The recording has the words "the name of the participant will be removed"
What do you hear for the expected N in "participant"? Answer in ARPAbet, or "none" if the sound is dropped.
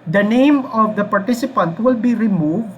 N